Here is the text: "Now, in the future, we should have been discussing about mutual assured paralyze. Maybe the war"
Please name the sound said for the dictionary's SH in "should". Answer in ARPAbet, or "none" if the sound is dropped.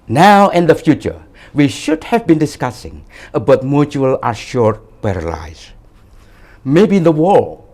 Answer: SH